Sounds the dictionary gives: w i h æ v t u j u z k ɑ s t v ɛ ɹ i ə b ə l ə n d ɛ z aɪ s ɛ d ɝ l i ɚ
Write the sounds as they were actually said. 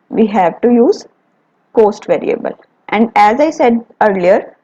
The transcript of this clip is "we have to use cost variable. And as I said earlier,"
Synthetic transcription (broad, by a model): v i h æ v t u j u z k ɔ s t v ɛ ɹ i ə b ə l ə n d ɛ z aɪ s ɛ d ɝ l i ɚ